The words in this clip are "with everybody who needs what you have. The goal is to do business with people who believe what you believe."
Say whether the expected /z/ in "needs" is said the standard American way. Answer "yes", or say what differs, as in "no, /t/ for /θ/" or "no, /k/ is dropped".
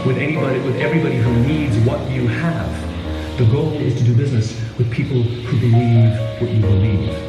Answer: yes